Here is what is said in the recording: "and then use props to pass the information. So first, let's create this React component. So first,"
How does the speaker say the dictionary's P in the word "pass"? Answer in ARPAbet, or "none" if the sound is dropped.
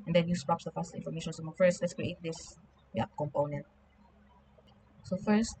F